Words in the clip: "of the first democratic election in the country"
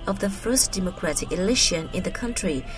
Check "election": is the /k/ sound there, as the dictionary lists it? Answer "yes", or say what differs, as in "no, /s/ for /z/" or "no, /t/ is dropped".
no, /k/ is dropped